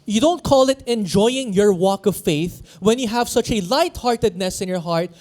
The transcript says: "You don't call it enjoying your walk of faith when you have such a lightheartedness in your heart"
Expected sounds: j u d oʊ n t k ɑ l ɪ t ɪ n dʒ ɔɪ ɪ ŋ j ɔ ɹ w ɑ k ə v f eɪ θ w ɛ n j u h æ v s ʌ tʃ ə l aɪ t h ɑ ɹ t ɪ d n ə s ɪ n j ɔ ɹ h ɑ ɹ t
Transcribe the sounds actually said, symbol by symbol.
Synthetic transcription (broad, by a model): j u d oʊ n t k ɑ l ɪ t ɪ n dʒ ɔɪ ɪ ŋ j ɔ ɹ w ɑ k ə v f eɪ θ w ɛ n j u h æ v s ʌ tʃ ə l aɪ t h ɑ ɹ t ɪ d n ə s ɪ n j ɔ ɹ h ɑ ɹ t